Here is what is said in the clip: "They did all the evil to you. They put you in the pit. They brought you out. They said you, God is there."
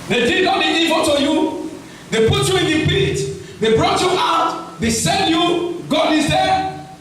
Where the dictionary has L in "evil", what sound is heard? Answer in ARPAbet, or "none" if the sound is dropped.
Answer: N